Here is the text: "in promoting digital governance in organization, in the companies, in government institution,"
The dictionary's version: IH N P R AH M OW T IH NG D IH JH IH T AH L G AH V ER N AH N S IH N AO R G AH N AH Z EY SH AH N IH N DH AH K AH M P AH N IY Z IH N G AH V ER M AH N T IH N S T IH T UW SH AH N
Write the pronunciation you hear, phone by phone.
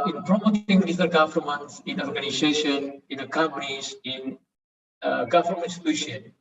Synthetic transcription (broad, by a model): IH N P R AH M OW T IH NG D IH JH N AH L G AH F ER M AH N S IH N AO R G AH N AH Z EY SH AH N IH N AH K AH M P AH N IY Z IH N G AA F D M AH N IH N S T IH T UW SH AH N